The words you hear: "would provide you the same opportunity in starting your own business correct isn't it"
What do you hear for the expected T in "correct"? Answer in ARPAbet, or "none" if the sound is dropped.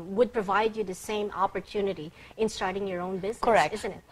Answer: none